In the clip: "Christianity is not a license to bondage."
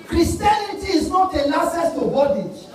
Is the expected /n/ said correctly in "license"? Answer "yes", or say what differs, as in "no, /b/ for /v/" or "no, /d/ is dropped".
no, /n/ is dropped